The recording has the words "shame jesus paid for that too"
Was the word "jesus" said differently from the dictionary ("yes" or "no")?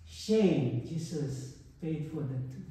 yes